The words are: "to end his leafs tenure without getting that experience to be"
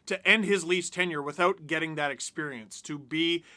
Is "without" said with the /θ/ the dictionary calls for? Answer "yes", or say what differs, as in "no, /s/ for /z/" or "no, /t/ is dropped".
yes